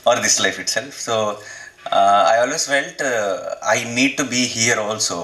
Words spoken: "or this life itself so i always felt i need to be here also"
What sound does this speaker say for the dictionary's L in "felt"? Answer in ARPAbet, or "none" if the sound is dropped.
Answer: N